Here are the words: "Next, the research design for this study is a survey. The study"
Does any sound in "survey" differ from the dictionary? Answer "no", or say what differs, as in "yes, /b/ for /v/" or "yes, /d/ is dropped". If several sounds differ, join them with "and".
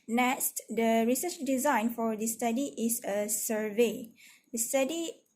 no